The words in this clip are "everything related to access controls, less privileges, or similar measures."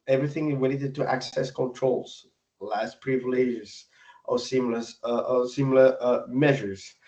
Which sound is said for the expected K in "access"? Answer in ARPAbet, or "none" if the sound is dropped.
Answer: K